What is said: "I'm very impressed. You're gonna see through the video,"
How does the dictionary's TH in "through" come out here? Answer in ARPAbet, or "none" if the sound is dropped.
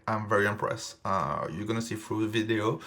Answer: F